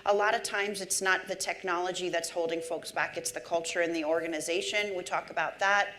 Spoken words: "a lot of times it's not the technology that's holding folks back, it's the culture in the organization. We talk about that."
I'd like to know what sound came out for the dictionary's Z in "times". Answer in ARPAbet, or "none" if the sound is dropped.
Z